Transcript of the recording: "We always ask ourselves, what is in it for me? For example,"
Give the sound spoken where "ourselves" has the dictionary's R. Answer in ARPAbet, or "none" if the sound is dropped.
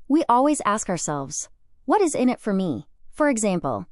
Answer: R